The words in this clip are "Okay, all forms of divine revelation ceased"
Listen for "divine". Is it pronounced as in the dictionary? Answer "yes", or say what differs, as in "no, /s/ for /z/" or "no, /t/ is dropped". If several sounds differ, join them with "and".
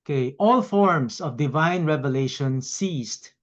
yes